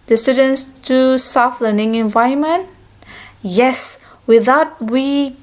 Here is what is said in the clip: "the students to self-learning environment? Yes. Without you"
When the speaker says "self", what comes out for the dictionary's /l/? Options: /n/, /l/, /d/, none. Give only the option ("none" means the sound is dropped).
none